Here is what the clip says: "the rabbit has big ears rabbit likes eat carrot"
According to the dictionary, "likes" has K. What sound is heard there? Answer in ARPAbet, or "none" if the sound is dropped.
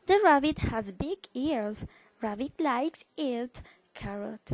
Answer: K